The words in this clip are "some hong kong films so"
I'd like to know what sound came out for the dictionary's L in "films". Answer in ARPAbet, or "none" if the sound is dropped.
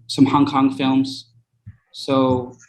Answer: L